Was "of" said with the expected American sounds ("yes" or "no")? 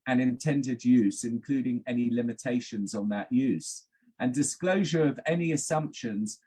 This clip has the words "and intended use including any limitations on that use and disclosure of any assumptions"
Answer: yes